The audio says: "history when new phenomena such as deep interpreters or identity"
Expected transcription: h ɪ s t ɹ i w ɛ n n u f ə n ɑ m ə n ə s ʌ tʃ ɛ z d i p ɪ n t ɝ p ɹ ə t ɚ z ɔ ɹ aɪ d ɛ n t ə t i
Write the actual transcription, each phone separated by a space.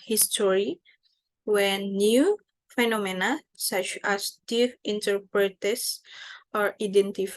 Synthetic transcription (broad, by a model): h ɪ s t ɹ i w ɛ n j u f ə n ɑ m ə n ə s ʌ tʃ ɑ s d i f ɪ n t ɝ p ɹ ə t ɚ s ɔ ɹ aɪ d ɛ n t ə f